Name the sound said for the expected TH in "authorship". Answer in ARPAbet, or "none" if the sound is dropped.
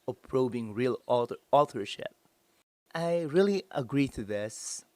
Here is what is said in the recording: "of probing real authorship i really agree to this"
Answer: T